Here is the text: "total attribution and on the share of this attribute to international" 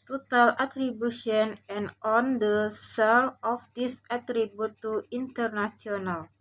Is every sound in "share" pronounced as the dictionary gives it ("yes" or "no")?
no